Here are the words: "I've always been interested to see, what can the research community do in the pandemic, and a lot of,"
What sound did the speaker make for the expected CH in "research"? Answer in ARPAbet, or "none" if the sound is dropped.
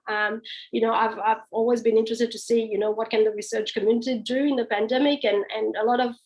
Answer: CH